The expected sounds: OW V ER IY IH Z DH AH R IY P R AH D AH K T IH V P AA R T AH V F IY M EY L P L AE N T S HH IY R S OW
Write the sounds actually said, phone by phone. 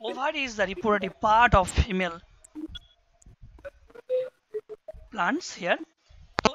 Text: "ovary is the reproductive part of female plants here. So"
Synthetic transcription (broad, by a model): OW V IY IH Z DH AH R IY P AH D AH T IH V P AA R T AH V F IY M EY L P L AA N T S HH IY R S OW